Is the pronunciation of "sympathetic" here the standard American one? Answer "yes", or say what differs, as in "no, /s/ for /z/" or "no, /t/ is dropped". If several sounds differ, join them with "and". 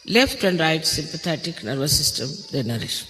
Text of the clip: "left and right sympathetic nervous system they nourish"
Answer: no, /t/ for /θ/